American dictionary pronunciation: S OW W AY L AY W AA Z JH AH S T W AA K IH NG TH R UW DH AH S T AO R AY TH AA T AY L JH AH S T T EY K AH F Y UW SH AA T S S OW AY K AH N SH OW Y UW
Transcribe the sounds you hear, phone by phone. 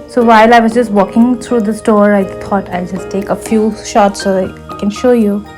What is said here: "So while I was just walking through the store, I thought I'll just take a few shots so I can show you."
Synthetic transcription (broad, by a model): S OW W AY L AY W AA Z JH AH S T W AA K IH NG T R UW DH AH S T AO R AY T AA T AY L JH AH S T T EY K AH F Y UW SH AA T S S OW AY K AH N SH OW Y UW